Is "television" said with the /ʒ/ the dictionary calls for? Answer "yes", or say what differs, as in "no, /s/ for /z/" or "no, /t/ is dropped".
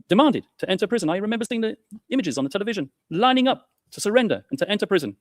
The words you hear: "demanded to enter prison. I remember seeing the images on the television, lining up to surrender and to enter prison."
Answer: yes